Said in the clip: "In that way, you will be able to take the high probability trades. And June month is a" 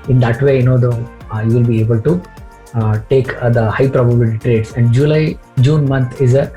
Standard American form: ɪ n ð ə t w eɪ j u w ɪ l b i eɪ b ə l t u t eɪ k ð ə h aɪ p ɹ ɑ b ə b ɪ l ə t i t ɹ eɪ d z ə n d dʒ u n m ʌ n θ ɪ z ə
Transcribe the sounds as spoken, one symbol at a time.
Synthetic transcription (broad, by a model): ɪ n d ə t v eɪ j u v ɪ l b i eɪ b ə l t u t eɪ k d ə h aɪ p ɹ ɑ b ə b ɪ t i t ɹ eɪ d s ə n d dʒ u n m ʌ n t ɪ z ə